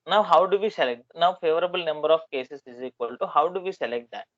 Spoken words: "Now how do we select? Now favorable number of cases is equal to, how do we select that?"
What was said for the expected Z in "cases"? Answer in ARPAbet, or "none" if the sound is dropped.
S